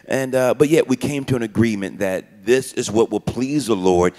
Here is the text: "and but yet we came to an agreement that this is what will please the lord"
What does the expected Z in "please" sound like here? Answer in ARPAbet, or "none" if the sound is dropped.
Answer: Z